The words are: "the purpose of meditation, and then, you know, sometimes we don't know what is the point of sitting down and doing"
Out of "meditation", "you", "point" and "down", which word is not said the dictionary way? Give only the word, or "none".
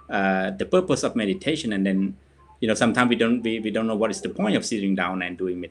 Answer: none